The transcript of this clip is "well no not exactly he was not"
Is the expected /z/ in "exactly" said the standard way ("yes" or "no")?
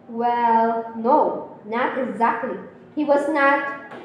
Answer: yes